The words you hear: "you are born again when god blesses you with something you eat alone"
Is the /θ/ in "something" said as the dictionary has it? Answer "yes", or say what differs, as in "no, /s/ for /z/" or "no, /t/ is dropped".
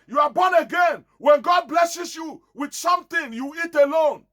no, /t/ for /θ/